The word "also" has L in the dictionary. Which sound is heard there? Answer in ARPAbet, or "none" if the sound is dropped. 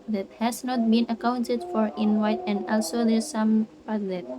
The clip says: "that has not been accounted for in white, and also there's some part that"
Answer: L